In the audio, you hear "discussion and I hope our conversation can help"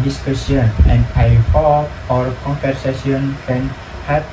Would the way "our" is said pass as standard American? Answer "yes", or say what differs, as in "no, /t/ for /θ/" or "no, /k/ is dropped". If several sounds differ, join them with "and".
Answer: yes